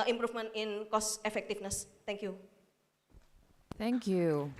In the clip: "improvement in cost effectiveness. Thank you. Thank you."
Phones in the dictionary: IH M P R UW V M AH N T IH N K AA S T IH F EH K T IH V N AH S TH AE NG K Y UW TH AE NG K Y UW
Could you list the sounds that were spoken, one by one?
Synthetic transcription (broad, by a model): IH M P R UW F M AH N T IH N K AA S IH F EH K T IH F N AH S T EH NG K Y UW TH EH NG K Y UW